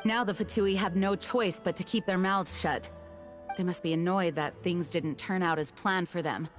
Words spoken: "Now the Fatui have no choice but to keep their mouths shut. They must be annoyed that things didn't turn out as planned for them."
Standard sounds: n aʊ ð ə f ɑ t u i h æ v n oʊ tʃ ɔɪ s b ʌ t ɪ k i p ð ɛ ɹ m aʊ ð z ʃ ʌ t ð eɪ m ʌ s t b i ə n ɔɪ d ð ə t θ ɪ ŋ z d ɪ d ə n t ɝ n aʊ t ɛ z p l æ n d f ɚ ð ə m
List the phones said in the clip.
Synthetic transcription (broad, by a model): n aʊ ð ə f ɑ t u i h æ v n oʊ tʃ ɔɪ s b ʌ t ɪ k i p ð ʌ ɹ m aʊ z ʃ ʌ t ð eɪ m ʌ s t b i ə n ɔɪ d ð ə t θ ɪ ŋ z d ɪ d n t ɝ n aʊ t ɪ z p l æ n f ɚ ð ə m